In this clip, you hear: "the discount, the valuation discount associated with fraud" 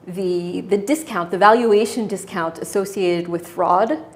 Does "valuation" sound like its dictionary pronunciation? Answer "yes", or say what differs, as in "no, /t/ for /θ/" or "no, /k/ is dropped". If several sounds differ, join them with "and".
yes